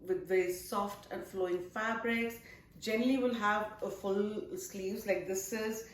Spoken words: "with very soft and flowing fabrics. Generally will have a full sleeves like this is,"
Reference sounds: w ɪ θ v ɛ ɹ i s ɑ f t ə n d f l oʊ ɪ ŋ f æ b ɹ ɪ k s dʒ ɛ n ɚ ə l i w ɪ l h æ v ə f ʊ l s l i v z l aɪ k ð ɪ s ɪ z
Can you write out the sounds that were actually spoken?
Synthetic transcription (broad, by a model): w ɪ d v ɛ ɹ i s ɑ f t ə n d f l oʊ ɪ ŋ f æ b ɹ ɪ k s dʒ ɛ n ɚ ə l i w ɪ l h æ v ə f ʊ l s l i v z l aɪ k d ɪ s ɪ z